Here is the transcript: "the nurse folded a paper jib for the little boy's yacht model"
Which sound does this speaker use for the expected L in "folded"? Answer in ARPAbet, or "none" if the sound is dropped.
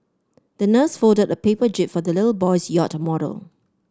none